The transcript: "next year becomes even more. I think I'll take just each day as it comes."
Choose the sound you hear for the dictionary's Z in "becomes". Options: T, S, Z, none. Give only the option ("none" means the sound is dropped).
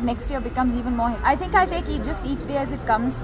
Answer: Z